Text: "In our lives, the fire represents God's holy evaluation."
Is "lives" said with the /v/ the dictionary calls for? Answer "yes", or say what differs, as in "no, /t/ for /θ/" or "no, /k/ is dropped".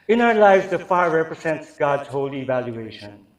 yes